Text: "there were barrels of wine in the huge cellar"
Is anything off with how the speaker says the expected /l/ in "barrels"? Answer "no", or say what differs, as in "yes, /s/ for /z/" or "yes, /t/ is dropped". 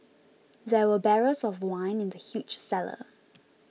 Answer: yes, /l/ is dropped